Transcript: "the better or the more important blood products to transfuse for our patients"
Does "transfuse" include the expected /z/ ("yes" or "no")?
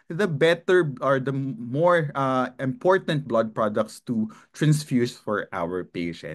no